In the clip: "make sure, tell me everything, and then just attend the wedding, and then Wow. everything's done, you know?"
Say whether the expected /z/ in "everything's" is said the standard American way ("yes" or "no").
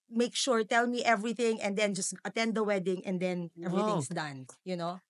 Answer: no